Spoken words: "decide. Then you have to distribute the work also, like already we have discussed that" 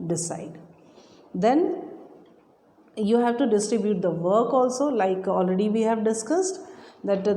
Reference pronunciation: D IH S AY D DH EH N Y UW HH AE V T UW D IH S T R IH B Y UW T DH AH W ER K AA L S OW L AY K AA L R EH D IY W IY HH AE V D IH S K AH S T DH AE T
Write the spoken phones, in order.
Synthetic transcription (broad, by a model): D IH S AY D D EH N Y UW HH AE V T UW D IH S T R IH B Y UW T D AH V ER K AA L S OW L AY K AA L R EH D IY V IY HH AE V D IH S K AH S T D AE T